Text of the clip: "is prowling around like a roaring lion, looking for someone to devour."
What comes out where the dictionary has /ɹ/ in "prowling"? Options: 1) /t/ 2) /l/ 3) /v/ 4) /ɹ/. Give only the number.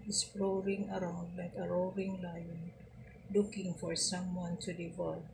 2